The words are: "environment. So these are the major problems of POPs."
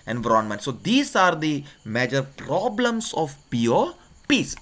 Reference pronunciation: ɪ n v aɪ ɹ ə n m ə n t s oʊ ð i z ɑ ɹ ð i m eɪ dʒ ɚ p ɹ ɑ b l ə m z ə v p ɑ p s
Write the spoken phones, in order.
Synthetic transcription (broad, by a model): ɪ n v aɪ ɹ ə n m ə n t s oʊ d i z ɑ ɹ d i m eɪ dʒ ɚ p ɹ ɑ b l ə m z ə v p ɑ p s